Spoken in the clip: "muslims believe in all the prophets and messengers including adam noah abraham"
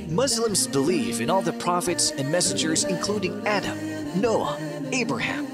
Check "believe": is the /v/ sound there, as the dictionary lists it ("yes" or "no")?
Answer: no